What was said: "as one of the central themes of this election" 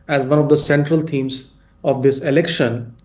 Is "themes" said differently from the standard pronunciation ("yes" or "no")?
yes